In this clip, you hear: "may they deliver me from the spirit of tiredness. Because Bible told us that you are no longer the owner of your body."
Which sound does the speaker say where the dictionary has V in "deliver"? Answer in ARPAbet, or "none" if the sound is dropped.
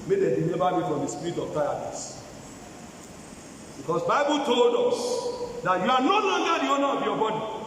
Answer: B